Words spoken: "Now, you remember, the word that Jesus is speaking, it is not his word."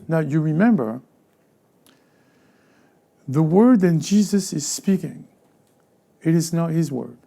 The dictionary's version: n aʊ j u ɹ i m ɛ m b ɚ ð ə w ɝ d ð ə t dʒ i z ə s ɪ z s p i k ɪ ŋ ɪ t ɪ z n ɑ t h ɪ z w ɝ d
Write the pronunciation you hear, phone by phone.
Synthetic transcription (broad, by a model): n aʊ j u ɹ i m ɛ m b ɚ ð ə w ɝ d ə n dʒ i z ə s ɪ z s p i k ɪ ŋ ɪ t ɪ z n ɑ t h ɪ z w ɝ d